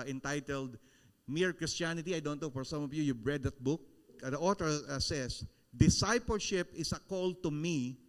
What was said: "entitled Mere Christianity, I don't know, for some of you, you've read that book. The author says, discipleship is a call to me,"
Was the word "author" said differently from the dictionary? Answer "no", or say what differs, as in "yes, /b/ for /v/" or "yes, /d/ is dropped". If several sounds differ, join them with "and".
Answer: yes, /t/ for /θ/